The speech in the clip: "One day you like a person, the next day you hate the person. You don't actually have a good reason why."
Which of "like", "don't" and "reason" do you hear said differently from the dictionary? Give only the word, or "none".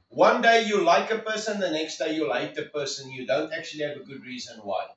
none